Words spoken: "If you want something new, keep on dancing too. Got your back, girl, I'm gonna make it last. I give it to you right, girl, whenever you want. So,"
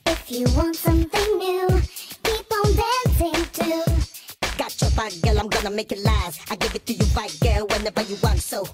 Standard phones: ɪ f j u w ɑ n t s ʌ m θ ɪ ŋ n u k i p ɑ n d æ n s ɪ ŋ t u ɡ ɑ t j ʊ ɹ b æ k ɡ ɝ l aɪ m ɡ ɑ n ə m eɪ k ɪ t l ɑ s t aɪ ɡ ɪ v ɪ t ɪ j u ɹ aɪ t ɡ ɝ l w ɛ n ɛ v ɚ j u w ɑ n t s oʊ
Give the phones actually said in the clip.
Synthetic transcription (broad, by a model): ɪ f j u w ɑ n t s ʌ m θ ɪ ŋ n u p i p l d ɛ s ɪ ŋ t u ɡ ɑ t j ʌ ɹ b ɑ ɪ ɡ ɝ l aɪ m ɡ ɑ n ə m eɪ k ɪ t l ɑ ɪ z aɪ ɡ ɪ v ɪ t ɪ j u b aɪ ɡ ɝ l w ɛ n ɛ v ɚ j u w ɑ n t s oʊ